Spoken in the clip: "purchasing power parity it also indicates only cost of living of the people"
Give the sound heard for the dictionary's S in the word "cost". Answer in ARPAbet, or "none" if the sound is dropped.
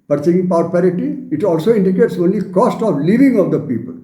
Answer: S